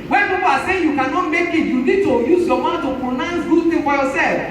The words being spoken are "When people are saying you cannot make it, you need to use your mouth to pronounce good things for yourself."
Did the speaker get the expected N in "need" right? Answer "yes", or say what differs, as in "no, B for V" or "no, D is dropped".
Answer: no, L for N